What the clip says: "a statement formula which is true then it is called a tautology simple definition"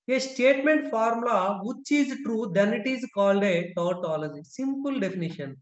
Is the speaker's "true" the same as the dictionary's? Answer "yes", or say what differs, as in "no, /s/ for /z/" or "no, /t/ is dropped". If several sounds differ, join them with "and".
yes